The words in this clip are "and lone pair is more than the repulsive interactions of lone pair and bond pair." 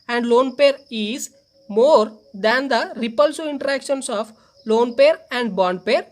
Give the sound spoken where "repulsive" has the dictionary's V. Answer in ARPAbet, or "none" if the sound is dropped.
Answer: none